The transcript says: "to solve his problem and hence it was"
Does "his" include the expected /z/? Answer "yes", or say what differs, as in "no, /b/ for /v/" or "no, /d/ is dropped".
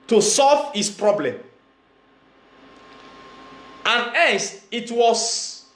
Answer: no, /s/ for /z/